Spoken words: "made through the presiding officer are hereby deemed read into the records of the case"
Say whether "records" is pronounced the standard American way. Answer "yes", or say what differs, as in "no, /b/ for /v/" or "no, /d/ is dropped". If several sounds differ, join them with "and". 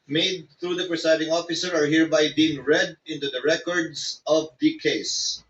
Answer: no, /s/ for /z/